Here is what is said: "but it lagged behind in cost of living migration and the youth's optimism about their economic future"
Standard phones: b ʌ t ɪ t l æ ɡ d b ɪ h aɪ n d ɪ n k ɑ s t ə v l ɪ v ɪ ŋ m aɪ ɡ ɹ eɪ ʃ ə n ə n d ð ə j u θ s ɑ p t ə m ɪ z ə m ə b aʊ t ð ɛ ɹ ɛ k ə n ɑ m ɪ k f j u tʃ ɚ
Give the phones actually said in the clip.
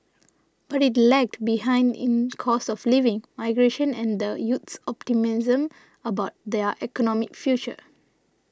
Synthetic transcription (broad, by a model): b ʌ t ɪ t l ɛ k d b ɪ h aɪ n d ɪ n k ɑ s ə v l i v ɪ ŋ m aɪ ɡ ɹ eɪ ʃ ə n ə n d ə j u t s ɑ p t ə m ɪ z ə m ə b aʊ t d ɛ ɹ ɛ k ə n ɑ m ɪ k f j u tʃ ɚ